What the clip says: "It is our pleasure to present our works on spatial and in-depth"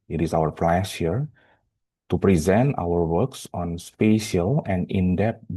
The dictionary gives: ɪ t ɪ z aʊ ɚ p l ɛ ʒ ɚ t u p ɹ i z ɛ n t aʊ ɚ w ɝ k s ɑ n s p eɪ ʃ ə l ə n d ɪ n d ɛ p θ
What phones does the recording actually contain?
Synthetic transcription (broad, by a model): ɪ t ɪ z aʊ ɚ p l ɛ s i t u p ɹ i z ɛ n t aʊ ɚ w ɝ k s ɑ n s p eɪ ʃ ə l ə n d ɪ n d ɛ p